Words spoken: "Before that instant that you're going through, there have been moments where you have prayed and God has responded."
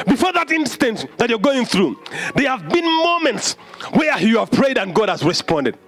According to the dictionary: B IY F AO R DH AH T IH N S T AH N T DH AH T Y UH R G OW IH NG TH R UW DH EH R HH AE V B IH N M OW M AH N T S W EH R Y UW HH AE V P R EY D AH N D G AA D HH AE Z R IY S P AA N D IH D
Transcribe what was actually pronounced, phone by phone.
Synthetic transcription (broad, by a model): B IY F AO R DH AH T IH N S T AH N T DH AH T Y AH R G OW IH NG TH R UW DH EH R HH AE V B IH N M OW M AH N T S W EH R Y UW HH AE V P R EY D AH N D G AA D HH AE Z R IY S P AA N D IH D